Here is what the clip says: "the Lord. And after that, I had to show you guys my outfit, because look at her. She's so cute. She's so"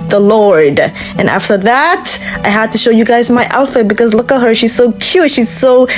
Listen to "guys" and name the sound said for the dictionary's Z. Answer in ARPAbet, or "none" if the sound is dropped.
Z